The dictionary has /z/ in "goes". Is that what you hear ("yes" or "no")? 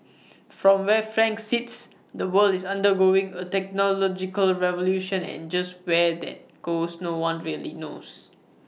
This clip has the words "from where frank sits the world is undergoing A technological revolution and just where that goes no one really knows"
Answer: no